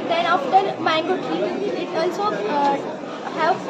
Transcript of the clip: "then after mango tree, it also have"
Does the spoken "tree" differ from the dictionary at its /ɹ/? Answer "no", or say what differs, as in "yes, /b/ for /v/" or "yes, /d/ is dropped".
yes, /ɹ/ is dropped